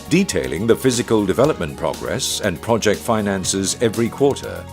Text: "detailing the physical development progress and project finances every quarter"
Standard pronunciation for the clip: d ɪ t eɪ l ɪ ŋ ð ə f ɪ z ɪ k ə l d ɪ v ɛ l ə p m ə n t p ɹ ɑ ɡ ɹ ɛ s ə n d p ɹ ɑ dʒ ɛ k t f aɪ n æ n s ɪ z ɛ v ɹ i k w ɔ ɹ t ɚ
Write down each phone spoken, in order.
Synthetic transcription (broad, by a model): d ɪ t eɪ l ɪ ŋ ð ə f ɪ z ɪ k ə l d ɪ v ɛ l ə p m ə n p ɹ ɑ ɡ ɹ ɛ s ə n p ɹ ɑ dʒ ɛ k t f aɪ n æ n s ɪ z ɛ v ɹ i k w ɔ ɹ t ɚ